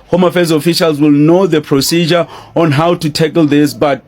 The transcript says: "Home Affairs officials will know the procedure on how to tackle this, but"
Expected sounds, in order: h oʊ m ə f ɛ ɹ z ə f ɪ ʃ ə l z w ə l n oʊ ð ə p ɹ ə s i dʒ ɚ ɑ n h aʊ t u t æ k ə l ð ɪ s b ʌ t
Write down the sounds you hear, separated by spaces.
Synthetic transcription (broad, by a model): h oʊ m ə f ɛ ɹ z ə f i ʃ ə l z w ə l n oʊ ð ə p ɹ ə s i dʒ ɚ ɑ n h aʊ t u t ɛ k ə l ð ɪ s b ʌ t